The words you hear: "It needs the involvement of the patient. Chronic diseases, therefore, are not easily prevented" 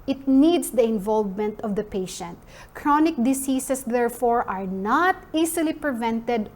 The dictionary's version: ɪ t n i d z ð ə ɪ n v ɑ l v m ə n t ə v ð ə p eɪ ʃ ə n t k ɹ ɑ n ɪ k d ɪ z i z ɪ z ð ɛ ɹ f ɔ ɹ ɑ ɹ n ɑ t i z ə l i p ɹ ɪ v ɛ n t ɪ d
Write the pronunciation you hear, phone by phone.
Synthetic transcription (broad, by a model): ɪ t n i d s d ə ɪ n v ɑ l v m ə n t ə v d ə p eɪ ʃ ə n t k ɹ ɑ n ɪ k d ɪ s i s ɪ s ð ɛ ɹ f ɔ ɹ ɑ ɹ n ɑ t i s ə l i p ɹ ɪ v ɛ n t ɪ d